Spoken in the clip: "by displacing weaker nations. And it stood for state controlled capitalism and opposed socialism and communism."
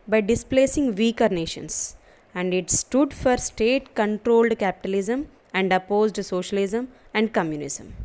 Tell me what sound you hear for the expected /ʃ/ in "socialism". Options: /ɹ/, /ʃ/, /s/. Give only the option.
/ʃ/